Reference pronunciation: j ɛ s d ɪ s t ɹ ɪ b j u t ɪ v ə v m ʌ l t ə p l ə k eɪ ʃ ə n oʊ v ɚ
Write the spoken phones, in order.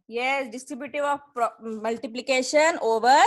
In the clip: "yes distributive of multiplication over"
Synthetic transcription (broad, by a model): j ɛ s d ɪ s t ɹ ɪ b j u t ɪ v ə p m ʌ l t ə p l ə k eɪ ʃ ə n oʊ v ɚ